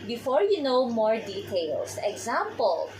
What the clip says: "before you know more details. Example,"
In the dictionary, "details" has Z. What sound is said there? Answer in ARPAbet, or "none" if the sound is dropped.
S